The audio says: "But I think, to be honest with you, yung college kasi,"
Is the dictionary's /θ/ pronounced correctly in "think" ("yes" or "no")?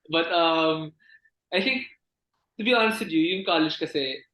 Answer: no